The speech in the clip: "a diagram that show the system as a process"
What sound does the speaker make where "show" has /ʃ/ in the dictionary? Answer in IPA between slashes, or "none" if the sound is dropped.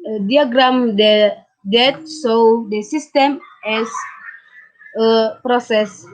/s/